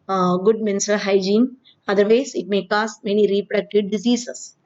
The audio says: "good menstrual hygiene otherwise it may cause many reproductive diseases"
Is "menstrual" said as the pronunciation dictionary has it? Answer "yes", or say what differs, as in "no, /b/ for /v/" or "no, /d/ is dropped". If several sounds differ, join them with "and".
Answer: no, /ɹ/ is dropped